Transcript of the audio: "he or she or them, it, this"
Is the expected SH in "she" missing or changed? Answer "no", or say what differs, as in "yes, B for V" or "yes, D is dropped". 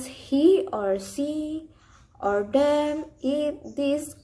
yes, S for SH